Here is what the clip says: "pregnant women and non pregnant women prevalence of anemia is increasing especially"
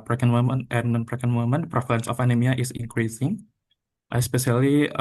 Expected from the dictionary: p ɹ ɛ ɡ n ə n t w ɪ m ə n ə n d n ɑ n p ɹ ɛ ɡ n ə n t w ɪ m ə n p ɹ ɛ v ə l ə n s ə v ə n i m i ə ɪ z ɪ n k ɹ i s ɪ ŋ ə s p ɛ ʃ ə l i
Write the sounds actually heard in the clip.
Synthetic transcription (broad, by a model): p ɹ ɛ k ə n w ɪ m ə n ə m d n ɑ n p ɹ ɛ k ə n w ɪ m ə n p ɹ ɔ f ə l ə n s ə f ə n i m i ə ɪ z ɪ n k ɹ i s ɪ ŋ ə s p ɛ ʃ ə l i